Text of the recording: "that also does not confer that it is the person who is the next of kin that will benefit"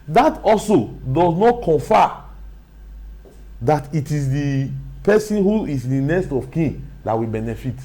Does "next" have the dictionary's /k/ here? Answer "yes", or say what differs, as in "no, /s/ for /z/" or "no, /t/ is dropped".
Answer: no, /k/ is dropped